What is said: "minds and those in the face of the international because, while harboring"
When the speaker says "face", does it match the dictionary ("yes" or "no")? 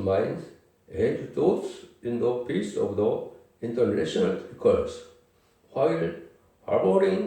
no